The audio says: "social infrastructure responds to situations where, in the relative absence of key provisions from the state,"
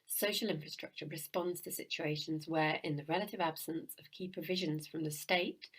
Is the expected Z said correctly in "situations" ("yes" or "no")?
yes